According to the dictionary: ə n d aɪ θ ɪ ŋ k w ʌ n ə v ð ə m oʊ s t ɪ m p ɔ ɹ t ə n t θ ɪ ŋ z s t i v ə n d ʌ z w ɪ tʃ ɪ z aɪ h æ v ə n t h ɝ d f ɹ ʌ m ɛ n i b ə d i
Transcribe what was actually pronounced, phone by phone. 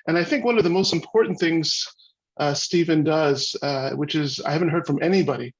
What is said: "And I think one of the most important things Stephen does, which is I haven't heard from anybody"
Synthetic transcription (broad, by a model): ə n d aɪ θ ɪ ŋ k w ʌ n ə v ð ə m oʊ s t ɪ m p ɔ ɹ t n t θ ɪ ŋ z s t i v ə n d ʌ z w ɪ tʃ ɪ z aɪ h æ v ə n t h ɝ d f ɹ ʌ m ɛ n i b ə d i